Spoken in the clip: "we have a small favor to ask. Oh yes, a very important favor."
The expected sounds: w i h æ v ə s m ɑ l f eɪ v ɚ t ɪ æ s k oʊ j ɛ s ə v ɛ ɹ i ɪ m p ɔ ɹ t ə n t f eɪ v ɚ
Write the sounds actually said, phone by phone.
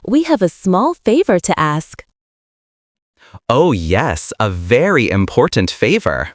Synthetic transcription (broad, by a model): w i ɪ v ə s m ɑ l f eɪ v ɚ t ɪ æ s k oʊ j ɛ s ə v ɛ ɹ i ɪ m p ɔ ɹ t n t f eɪ v ɚ